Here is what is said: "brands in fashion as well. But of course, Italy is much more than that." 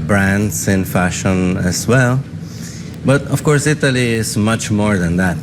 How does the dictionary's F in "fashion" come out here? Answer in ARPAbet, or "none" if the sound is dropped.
F